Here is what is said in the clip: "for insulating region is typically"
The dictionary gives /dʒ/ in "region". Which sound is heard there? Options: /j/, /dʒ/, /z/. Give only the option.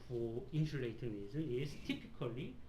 /z/